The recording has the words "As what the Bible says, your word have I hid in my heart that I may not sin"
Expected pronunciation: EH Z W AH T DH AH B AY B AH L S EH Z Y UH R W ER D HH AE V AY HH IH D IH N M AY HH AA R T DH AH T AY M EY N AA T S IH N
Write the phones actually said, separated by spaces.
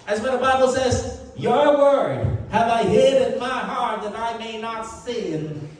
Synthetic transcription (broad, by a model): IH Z W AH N DH AH B AY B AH L S EH Z Y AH R W ER D HH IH V AY HH IH D IH N M AY HH AA R T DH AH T AY M EY N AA T S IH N